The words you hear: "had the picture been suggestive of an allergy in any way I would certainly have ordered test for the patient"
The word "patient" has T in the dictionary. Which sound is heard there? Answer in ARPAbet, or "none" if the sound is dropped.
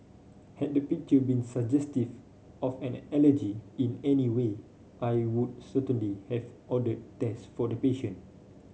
none